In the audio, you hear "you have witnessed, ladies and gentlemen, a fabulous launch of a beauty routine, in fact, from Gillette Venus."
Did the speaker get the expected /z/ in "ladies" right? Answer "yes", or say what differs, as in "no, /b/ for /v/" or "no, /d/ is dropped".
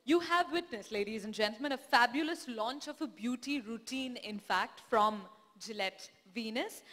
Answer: yes